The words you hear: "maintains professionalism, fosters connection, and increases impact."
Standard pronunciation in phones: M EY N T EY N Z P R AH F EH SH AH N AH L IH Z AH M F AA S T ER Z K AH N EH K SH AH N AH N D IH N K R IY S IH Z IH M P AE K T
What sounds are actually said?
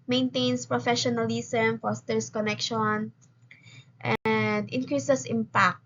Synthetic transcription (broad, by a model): M EY N T EY N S P R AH F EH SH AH N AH L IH S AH M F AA S T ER S K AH N EH K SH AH N AH N D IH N K R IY S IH S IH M P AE K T